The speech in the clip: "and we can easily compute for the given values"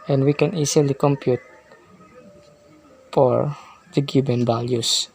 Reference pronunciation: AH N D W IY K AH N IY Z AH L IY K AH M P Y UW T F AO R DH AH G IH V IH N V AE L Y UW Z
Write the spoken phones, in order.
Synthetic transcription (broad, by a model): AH N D W IY K AH N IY S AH L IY K AH M P Y UW T F AO R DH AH G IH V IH N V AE L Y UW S